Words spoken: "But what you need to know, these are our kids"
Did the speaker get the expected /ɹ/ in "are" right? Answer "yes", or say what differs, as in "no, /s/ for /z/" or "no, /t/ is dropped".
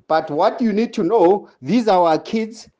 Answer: no, /w/ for /ɹ/